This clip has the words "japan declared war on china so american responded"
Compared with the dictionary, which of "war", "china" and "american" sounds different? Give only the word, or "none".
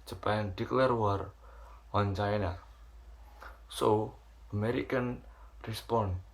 none